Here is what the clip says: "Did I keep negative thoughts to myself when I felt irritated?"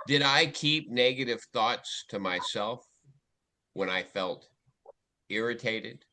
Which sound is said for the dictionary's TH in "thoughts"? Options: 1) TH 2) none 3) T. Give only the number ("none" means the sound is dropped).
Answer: 1